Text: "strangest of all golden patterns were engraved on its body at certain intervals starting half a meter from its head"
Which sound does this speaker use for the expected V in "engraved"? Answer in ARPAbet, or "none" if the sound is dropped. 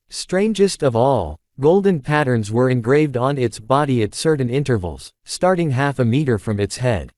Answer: V